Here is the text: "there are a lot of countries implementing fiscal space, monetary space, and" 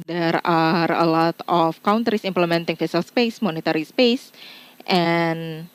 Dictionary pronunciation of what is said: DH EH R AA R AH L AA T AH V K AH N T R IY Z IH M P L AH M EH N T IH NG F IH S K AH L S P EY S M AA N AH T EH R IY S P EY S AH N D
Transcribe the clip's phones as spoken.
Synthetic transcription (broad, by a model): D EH R AA R AH L AA T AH F K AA N T R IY S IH M P L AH M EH N T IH NG F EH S AH L S P EY S M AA N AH T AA R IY S P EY S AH N